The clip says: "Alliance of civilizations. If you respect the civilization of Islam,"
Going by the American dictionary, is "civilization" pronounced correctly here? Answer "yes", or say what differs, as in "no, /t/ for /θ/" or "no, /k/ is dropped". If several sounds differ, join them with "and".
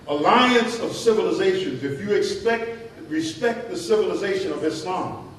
yes